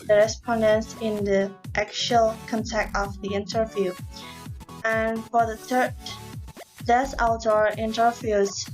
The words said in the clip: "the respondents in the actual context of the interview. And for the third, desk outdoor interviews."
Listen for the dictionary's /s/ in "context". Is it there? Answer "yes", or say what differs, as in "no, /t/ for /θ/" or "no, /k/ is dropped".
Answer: no, /s/ is dropped